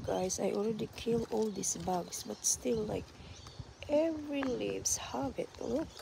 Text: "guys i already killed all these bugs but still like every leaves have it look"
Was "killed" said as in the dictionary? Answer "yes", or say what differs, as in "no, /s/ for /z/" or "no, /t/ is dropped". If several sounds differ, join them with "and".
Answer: no, /d/ is dropped